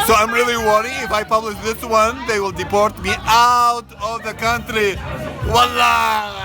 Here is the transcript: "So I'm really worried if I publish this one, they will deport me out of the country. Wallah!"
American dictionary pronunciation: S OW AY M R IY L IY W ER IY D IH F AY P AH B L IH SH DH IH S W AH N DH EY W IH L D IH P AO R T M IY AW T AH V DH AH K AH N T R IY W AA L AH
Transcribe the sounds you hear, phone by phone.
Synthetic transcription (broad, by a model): S OW AY M R IY L IY W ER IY IH F AY P AH B L IH SH DH IH S W AH N DH EY W IH L D IH P AO R T M IY AW T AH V DH AH K AH N T R IY W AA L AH